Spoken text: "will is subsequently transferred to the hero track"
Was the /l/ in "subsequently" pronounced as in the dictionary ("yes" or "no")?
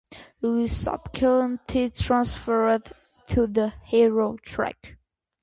no